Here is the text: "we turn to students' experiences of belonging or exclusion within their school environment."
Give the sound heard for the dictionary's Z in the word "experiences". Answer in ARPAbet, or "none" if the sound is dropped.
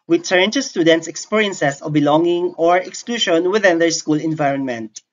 S